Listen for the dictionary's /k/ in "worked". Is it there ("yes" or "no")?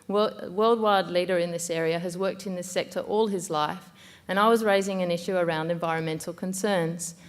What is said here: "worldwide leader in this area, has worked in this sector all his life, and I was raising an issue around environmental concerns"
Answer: yes